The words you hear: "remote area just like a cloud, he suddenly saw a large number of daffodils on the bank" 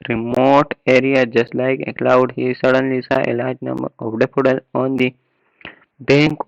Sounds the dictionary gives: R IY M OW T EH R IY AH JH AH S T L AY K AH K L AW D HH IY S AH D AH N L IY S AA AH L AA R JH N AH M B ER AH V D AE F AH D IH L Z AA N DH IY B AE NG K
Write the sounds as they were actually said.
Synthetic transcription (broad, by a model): R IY M OW T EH R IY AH JH AH S T L AY K AH K L AW D HH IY S AH D AH N L IY S AA AH L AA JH N AH M B ER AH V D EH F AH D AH L AA N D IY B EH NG K